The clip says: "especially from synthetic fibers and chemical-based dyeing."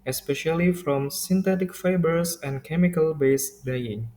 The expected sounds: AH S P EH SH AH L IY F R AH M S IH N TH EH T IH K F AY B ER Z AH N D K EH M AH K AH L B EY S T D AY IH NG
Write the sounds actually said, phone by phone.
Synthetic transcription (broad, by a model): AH S P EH SH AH L IY F R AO M S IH N T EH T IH K F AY B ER S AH N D K EH M AH K AH L B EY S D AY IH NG